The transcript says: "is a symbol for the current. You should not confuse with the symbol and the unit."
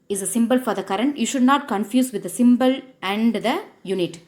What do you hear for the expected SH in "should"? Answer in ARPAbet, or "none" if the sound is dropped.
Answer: SH